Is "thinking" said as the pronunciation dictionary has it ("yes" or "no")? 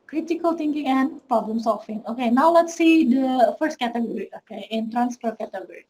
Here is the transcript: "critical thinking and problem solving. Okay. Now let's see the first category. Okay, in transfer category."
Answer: no